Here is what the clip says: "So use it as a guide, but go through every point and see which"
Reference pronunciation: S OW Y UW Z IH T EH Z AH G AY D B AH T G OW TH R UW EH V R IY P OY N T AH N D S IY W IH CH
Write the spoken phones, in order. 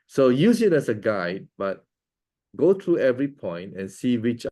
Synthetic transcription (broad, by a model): S OW Y UW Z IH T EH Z AH G AY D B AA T G OW T R UW EH V R IY P OY N T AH N S IY W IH CH